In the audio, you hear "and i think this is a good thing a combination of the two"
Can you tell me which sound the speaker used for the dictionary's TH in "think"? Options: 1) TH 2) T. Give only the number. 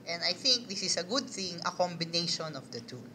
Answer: 1